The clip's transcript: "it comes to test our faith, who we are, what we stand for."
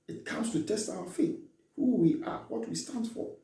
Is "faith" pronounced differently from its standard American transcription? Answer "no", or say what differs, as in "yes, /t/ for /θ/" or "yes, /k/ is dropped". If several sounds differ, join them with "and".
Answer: yes, /t/ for /θ/